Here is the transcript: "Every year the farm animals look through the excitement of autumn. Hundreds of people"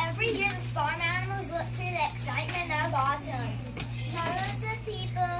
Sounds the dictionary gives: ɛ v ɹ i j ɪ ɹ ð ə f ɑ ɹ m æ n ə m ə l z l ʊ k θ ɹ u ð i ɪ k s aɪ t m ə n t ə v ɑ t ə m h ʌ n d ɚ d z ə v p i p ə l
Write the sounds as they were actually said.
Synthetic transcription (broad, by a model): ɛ v ɹ i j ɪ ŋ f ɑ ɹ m æ n ə m ə l z w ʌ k t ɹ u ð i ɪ k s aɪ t m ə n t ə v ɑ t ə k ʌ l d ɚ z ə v p i p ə l